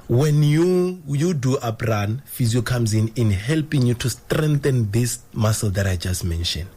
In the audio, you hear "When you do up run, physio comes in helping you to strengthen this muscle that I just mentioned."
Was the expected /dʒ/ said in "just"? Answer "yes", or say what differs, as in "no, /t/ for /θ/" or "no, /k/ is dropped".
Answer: yes